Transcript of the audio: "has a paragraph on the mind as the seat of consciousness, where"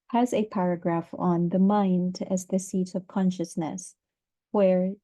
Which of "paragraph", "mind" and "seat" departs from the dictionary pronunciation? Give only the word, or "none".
none